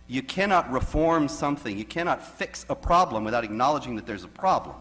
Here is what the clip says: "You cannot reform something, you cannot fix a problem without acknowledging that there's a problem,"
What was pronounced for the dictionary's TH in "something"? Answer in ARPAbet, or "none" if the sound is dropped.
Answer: TH